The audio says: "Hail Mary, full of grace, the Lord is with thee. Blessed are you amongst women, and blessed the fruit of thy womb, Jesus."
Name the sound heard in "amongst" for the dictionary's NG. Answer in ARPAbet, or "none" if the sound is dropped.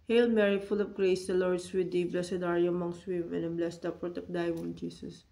NG